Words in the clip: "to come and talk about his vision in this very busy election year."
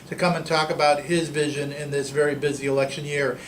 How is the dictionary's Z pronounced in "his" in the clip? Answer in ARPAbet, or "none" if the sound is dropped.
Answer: Z